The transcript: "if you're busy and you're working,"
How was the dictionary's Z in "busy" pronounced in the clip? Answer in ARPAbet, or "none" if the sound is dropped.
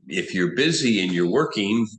Z